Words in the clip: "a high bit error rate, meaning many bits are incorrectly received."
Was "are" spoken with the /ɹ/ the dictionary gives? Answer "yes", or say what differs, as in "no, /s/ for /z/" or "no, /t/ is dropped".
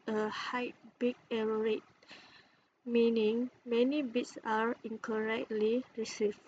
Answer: yes